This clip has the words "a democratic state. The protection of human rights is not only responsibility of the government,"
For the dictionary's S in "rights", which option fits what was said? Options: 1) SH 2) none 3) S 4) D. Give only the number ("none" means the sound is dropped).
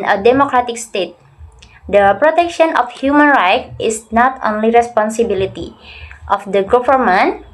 2